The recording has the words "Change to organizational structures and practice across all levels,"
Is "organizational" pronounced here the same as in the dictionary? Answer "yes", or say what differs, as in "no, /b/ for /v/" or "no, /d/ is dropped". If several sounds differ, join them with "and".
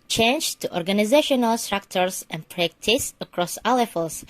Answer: yes